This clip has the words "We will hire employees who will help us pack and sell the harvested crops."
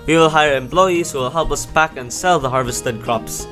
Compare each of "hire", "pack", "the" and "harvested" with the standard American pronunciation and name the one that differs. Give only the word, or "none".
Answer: pack